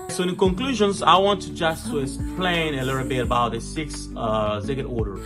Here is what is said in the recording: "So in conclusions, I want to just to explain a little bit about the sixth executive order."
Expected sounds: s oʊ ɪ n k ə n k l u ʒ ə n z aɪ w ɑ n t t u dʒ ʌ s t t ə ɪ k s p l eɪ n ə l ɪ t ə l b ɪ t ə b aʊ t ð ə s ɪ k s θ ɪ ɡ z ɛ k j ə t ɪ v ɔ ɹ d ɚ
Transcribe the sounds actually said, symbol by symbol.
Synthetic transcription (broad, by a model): s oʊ ɪ n k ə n k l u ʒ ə n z aɪ w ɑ n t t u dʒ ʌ s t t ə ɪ s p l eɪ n ə l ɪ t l b ɪ t ə b aʊ t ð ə s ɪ k s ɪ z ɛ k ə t ɔ ɹ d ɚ